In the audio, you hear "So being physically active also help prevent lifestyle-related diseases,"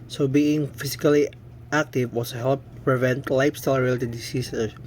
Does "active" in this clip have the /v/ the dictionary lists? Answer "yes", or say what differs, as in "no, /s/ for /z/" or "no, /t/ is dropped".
no, /w/ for /v/